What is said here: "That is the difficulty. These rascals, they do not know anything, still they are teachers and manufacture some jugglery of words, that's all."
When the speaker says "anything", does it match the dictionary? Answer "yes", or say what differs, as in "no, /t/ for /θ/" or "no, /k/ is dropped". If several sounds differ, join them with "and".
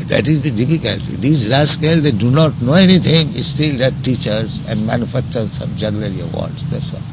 no, /t/ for /θ/